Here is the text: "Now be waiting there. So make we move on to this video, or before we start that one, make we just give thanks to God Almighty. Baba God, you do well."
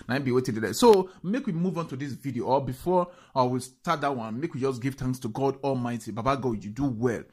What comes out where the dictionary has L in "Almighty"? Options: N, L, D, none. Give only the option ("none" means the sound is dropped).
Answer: L